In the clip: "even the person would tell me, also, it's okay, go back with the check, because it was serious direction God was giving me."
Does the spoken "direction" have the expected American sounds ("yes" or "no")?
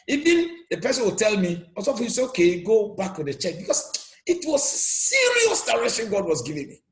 no